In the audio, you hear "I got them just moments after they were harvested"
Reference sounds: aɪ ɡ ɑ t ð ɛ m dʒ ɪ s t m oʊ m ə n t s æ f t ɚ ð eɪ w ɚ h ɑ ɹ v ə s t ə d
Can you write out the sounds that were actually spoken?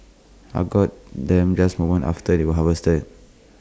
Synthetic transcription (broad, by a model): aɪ ɡ ɑ t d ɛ m dʒ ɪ s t m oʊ m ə n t ɑ f t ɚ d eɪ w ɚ h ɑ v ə s t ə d